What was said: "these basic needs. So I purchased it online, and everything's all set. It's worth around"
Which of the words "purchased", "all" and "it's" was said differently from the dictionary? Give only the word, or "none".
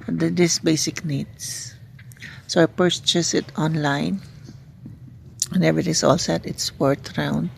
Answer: purchased